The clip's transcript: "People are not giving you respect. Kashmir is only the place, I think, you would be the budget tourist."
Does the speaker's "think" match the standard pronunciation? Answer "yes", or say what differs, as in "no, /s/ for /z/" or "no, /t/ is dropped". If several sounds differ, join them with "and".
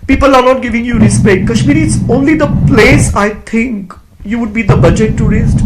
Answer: no, /t/ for /θ/